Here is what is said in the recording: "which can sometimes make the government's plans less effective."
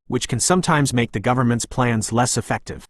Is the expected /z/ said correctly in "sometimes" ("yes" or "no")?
yes